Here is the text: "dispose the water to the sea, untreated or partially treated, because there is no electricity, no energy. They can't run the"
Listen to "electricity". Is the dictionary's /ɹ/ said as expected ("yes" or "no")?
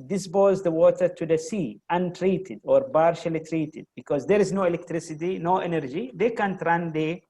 yes